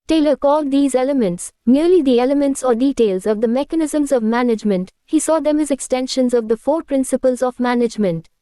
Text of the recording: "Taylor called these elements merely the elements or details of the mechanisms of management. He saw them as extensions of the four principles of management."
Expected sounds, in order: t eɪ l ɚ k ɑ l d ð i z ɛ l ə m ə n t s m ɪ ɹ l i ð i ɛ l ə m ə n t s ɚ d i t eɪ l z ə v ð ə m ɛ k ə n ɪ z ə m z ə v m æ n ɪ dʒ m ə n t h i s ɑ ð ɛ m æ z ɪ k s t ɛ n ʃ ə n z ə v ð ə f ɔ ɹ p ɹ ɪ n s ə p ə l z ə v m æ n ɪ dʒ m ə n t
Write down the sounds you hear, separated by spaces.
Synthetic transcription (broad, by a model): t eɪ l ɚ k ɑ l d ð i z ɛ l ə m ə n t s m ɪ ɹ l i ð i ɛ l ə m ə n t s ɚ d i t eɪ l z ə v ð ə m ɛ k ə n ɪ z ə m z ə v m æ n ɪ dʒ m ə n t h i s ɑ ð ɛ m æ z ɪ k s t ɛ n ʃ ə n z ə v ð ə f ɔ ɹ p ɹ ɪ n s ə p ə l z ə v m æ n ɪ dʒ m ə n t